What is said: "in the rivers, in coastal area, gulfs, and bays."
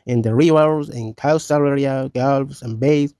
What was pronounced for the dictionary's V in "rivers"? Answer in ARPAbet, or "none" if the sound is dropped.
W